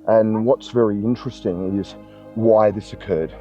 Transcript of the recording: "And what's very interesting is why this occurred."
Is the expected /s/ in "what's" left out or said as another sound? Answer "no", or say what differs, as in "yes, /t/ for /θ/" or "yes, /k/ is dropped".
no